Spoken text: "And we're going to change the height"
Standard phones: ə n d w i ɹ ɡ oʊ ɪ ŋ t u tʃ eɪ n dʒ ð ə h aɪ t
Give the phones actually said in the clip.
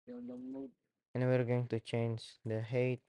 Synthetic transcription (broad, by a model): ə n w i ɹ ɡ oʊ ɪ ŋ t u tʃ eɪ n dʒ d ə h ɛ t